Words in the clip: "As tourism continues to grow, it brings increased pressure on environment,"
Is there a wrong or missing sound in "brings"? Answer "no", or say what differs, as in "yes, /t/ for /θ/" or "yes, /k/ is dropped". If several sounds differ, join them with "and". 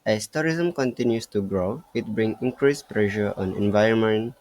yes, /z/ is dropped